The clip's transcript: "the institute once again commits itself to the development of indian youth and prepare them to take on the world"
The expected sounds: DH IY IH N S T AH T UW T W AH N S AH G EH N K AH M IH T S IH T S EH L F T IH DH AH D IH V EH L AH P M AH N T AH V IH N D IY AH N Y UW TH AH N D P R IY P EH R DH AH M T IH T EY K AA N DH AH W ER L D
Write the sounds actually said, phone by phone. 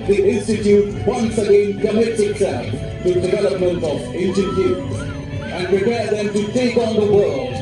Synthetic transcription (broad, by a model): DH IY IH N S T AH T UW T W AH N S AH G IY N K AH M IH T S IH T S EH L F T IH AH D IH V EH L AH P M AH N T AH V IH N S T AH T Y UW S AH N P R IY P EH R DH AH M T IH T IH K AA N DH AH W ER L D